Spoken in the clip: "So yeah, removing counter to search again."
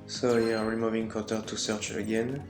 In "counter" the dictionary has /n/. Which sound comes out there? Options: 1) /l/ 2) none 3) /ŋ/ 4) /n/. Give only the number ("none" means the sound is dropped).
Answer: 2